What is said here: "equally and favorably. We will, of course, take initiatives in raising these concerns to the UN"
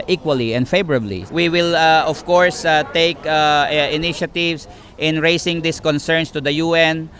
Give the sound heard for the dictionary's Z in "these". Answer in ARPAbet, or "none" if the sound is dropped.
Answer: S